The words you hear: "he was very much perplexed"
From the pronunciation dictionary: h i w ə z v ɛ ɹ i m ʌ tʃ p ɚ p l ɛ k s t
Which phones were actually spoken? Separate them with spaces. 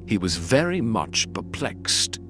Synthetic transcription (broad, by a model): h i w ə z v ɛ ɹ i m ʌ tʃ p ɚ p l ɛ k s t